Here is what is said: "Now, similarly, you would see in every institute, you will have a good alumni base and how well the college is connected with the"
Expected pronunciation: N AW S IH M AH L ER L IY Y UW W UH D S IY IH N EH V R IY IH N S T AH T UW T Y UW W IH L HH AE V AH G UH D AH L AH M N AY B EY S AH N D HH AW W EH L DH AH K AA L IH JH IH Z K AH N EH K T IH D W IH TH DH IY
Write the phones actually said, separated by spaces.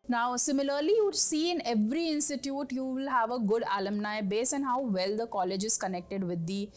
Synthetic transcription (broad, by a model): N AW S IH M AH L ER L IY Y UW S IY IH N EH V R IY IH N S T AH T UW T Y UW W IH L HH AE V AH G UH D AH L AH M N AY B EY S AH N HH AW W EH L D AH K AA L IH JH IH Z K AH N EH K T IH D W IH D IY